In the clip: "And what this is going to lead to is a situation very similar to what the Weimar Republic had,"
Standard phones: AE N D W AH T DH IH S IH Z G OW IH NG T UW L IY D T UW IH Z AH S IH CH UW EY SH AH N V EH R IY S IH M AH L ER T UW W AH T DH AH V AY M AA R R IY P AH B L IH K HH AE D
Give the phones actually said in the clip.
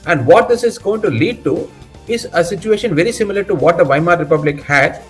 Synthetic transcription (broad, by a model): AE N D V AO T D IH S IH Z G OW IH NG T UW L IY D T UW IH Z AH S IH CH UW EY SH AH N V EH R IY S IH M AH L ER T UW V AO T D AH V AY M AA R R IY P AH B L IH K HH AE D